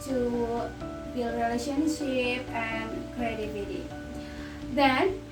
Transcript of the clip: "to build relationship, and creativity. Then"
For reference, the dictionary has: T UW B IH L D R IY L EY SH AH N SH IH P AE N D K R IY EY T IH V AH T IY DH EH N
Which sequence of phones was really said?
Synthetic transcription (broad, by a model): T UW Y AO D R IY L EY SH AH N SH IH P AE N D K R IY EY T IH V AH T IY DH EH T